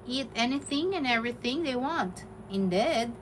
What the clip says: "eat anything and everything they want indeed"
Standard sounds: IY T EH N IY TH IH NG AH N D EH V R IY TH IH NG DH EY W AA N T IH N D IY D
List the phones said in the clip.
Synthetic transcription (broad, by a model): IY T EH N IY TH IH NG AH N EH V R IY TH IH NG DH EY W AA N T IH N D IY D